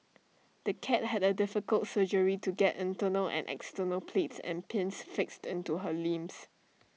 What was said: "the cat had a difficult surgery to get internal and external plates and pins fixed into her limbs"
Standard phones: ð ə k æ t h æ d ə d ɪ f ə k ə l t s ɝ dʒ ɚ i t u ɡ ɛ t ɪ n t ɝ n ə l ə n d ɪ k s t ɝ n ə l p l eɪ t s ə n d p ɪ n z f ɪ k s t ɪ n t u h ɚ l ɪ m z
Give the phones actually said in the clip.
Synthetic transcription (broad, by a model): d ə k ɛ t h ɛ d ə d ɪ f ə k ə l t s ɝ dʒ ɚ i t u ɡ ɛ t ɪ n t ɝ n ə l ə n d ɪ k s t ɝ n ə l p l eɪ t s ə n p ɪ n s f ɪ k s t ɪ n t u h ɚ l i m s